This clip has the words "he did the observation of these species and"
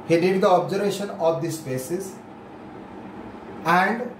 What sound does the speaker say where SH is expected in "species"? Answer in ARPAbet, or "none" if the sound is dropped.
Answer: S